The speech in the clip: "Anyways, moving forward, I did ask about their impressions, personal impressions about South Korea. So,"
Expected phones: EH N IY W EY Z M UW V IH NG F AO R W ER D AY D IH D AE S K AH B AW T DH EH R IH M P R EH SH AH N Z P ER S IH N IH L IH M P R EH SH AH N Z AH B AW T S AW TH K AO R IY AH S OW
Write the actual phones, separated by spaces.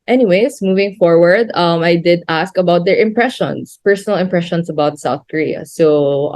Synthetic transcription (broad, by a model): EH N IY W EY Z M UW V IH NG F AO R W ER D AY D IH D AE S K AH B AW T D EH R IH M P R EH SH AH N S P ER S IH N IH L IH M P R EH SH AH N S AH B AW T S AW TH K AO R IY AH S OW